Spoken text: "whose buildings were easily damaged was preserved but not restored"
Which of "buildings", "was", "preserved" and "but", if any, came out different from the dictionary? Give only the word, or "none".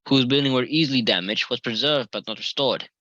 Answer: buildings